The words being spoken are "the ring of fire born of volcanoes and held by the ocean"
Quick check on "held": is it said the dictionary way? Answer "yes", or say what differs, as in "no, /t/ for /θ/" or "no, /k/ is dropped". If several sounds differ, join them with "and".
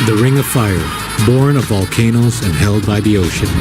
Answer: yes